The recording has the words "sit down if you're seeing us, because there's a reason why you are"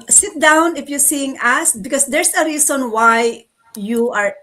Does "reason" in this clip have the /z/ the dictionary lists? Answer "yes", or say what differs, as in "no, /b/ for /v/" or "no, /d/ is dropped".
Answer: no, /s/ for /z/